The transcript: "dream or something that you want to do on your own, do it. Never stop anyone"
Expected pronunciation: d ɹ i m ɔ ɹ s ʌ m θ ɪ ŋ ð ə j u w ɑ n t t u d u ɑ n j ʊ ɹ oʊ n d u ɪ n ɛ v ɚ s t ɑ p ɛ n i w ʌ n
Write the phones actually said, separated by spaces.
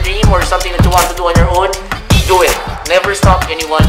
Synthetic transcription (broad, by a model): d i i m ɔ ɹ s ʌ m t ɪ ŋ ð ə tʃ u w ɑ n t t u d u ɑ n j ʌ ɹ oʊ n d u ɪ n ɛ v ɚ s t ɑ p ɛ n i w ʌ n